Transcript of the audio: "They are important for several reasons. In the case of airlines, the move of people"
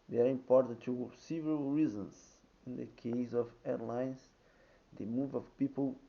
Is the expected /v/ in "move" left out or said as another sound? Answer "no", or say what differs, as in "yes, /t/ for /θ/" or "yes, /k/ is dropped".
no